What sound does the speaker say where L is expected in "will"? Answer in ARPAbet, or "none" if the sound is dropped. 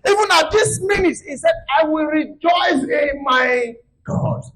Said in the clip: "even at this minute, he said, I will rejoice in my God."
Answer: L